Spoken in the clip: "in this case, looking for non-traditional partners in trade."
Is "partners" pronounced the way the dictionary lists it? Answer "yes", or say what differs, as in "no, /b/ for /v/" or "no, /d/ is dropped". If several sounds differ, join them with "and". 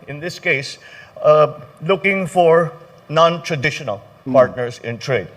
no, /s/ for /z/